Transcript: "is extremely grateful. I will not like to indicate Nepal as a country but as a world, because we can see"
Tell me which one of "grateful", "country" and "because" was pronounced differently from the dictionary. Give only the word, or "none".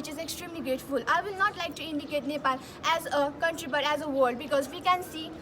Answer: grateful